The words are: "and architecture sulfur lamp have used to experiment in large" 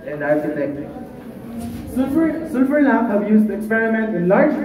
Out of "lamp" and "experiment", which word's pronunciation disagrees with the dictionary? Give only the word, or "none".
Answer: lamp